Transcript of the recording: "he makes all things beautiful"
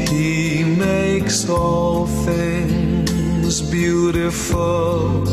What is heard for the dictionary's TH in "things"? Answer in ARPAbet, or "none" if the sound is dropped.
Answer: TH